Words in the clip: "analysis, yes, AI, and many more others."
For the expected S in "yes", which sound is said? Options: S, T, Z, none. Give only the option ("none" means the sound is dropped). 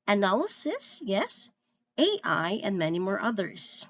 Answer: S